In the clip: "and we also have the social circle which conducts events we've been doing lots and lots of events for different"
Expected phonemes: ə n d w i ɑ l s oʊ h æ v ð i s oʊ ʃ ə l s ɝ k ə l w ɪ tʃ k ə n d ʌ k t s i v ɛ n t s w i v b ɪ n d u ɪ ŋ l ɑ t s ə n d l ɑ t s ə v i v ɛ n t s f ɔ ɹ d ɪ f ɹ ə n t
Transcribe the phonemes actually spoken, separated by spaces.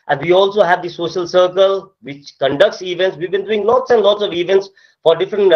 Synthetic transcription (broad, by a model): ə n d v i ɑ l s oʊ h æ v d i s oʊ ʃ ə l s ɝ k ə l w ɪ tʃ k ə n d ʌ k t s i v ɛ n t s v i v b ɪ n d u ɪ ŋ l ɑ t s ə n d l ɑ t s ə v i v ɛ n t s f ɔ ɹ d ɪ f ɹ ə n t